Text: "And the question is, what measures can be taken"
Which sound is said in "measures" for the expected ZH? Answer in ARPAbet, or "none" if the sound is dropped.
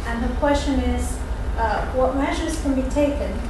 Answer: ZH